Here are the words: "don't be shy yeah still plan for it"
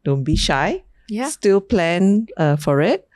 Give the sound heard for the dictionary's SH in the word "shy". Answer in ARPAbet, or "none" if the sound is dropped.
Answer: SH